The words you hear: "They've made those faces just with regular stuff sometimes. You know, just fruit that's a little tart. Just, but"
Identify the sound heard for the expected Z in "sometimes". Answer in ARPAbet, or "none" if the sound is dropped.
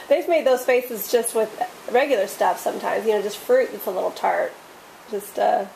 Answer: Z